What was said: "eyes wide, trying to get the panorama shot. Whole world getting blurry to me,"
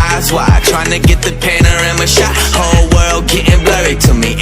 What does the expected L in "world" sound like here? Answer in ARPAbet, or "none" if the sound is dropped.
L